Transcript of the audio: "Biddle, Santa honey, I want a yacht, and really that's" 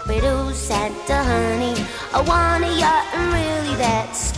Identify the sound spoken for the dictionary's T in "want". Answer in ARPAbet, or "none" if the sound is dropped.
none